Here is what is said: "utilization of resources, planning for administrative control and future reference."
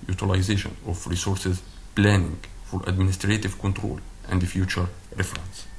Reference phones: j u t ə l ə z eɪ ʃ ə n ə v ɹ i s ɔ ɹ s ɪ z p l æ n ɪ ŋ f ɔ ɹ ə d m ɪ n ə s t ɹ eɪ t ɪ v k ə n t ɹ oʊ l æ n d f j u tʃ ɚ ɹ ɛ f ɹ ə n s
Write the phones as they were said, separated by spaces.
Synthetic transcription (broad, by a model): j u t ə l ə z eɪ ʃ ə n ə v ɹ i s ɔ ɹ s ɪ z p l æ n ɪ ŋ f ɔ ɹ ə d m ɪ n ə s t ɹ eɪ t ɪ v k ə n t ɹ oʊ l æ n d f j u tʃ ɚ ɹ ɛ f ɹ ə n s